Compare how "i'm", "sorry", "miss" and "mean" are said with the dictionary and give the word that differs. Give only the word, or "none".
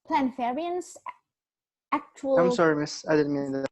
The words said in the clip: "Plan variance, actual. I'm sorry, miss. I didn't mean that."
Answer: none